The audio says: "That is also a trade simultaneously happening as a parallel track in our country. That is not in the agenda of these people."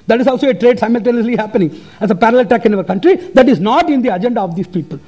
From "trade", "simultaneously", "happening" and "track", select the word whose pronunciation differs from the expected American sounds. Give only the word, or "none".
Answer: track